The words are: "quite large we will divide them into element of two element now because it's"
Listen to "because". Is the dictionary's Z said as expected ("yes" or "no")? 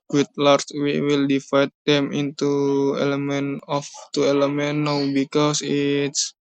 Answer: no